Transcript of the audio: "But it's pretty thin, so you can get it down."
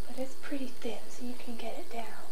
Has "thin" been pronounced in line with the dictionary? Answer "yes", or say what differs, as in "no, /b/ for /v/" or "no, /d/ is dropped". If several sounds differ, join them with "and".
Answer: yes